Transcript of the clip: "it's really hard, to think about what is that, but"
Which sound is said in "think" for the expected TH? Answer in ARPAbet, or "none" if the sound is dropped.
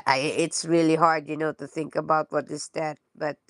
TH